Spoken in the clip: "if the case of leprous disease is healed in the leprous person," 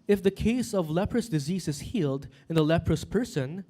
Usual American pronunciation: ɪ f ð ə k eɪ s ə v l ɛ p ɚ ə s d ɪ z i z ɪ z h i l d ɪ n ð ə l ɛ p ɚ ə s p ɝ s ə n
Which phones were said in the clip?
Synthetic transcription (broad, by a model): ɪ f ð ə k eɪ s ə v l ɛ p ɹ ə s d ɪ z i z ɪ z h i l d ɪ n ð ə l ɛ p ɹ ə s p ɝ s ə n